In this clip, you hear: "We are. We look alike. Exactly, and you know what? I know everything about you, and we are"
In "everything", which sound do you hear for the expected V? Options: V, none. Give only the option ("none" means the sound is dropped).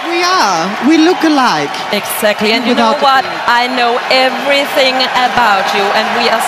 V